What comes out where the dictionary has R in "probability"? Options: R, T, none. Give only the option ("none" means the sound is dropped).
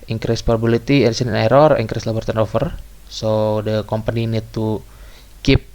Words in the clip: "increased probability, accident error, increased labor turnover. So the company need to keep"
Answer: none